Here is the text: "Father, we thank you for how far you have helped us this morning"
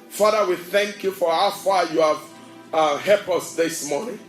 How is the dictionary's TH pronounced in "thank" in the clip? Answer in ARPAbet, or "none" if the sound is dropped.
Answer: TH